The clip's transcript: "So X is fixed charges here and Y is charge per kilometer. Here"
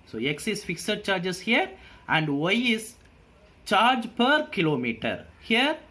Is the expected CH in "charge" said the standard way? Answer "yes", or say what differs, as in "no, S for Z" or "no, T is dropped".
yes